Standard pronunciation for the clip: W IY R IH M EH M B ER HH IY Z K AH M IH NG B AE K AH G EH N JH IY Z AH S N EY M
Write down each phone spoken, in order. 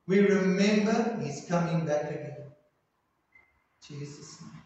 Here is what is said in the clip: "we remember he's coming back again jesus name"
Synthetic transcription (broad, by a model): W IY R IH M EH M B ER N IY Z K AH M IH NG B AE K AH G EH N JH IY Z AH S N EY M